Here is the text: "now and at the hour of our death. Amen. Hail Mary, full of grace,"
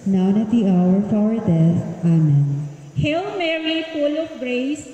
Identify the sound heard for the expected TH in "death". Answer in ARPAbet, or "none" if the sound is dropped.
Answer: S